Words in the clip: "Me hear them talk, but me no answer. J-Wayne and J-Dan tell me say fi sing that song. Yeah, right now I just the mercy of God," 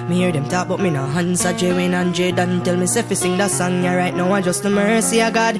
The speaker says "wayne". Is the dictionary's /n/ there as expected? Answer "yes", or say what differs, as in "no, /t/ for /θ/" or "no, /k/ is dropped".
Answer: yes